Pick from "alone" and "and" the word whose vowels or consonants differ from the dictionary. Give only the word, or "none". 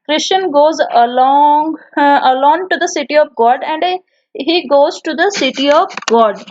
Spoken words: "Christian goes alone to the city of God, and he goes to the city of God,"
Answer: alone